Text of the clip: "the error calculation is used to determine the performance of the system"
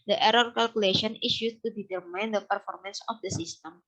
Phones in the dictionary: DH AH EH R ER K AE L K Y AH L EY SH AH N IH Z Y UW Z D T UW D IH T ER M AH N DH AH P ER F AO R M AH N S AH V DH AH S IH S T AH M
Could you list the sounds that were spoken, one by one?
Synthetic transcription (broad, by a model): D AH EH R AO K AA L K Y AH L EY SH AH N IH S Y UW T UW D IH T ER M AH N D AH P ER F AO R M AH N S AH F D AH S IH S T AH M